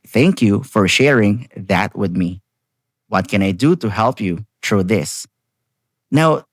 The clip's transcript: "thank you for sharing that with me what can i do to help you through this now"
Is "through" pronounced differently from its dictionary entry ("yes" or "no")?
yes